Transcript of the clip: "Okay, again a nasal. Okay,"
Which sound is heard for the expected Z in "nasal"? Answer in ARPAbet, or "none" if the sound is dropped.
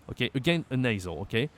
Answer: Z